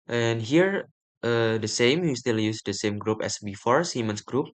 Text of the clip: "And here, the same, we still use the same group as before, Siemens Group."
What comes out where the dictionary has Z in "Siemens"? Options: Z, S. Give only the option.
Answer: S